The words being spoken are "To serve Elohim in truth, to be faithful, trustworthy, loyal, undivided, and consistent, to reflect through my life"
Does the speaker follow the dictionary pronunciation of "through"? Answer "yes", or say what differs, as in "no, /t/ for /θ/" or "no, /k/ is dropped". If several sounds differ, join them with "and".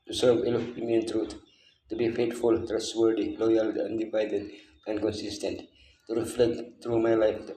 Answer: no, /t/ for /θ/